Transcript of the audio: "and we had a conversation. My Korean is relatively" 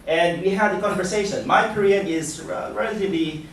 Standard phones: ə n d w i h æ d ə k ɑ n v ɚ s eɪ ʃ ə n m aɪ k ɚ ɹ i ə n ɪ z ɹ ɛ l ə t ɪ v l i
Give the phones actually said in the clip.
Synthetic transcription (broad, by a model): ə n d w i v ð ə k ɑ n v ɚ s eɪ ʃ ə n m aɪ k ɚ ɹ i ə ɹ ɪ z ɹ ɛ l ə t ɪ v l i